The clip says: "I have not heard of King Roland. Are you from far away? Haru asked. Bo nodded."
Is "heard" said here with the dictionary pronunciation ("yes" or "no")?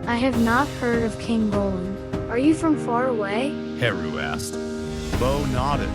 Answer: yes